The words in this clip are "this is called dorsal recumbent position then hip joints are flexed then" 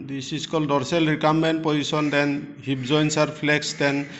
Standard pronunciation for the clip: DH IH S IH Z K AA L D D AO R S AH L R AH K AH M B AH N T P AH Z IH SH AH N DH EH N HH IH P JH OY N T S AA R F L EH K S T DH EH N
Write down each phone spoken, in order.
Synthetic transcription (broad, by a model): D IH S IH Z K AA L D D AO R S AH L R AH K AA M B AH N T P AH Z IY S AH N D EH N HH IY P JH OY N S AA R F L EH K S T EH N